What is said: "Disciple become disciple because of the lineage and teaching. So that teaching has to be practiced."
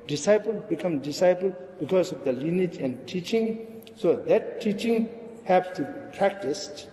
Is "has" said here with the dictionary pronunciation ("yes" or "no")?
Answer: no